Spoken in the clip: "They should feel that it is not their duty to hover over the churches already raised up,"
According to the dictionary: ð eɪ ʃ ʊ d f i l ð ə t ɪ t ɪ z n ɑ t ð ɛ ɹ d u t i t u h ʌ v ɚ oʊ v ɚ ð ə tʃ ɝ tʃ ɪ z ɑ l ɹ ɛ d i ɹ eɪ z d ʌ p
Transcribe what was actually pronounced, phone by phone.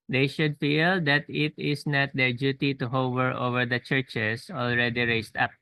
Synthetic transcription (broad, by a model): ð eɪ ʃ ʊ d f i l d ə t ɪ t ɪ s n ɑ t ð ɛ ɹ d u t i t u h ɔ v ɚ oʊ v ɚ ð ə tʃ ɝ tʃ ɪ s ɑ l ɹ ɛ d i ɹ eɪ s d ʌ p